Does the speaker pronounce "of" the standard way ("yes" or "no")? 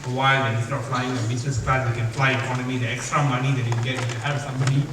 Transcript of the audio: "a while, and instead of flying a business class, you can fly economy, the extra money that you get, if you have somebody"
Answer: no